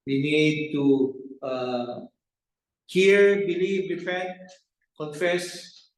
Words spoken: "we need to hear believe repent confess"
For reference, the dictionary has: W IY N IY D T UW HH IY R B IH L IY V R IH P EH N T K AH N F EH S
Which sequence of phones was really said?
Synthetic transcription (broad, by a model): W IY N IY D T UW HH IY R B IH L IY V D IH F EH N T K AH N F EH S